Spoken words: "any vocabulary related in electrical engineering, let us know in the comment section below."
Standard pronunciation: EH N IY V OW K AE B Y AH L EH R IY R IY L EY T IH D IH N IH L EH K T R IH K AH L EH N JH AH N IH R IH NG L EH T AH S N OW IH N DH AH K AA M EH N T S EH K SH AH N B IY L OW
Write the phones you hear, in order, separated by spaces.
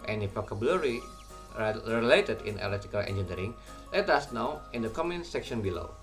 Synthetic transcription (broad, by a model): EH N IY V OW K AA B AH L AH R IY R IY L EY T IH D IH N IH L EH T IH K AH L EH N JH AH N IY R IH NG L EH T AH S N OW IH N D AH K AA M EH N S EH K SH AH N B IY L OW